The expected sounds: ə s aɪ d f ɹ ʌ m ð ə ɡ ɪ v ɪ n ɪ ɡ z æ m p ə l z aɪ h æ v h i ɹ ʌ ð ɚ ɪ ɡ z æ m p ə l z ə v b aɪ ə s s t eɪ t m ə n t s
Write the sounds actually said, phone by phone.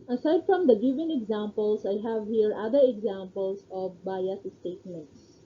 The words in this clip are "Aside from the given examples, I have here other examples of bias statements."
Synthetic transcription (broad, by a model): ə s aɪ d f ɹ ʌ m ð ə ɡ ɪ f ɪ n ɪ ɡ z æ m p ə l s aɪ h æ v h i ɹ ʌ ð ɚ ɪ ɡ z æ m p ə l s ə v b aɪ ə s s t eɪ t m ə n t s